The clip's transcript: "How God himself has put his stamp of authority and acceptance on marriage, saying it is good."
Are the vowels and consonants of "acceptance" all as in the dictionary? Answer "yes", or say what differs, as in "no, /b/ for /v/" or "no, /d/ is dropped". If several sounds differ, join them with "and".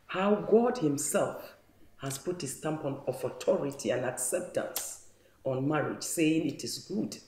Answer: yes